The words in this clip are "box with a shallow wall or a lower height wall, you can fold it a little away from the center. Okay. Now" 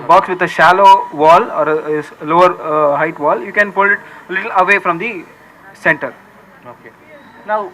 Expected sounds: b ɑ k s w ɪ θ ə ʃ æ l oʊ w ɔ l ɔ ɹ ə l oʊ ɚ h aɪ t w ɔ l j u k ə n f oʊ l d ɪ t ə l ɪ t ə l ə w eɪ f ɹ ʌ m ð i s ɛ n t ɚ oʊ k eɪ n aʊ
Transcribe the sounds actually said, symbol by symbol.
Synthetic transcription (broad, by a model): b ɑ k s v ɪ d ə ʃ æ l oʊ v ɔ l ɔ ɹ ə l oʊ ɚ h aɪ t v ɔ l j u k ə n p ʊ l ɪ t ə l ɪ t ə l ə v eɪ f ɹ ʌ m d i s ɛ n t ɚ oʊ k eɪ n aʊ